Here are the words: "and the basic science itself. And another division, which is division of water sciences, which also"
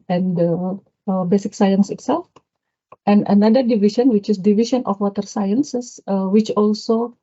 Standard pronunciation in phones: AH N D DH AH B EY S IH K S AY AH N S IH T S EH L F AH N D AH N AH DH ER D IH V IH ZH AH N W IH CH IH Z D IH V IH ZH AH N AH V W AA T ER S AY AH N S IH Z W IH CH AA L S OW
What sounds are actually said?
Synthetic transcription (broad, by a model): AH N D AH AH B EY S IH K S AY AH N S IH T S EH L F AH N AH N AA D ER D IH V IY SH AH N W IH CH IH S D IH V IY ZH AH N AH F W AA T ER S AY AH N S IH S W IH CH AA L S OW